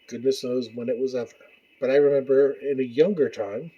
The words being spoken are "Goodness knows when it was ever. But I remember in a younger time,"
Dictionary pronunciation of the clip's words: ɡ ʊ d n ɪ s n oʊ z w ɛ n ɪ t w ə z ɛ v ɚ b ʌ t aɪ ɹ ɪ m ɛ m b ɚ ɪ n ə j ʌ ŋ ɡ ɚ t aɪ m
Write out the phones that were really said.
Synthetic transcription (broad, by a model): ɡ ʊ d n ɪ s n oʊ z w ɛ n ɪ t w ə z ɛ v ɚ b ʌ t aɪ ɹ ɪ m ɛ m b ɚ ɪ n ə j ʌ ŋ ɡ ɚ t aɪ m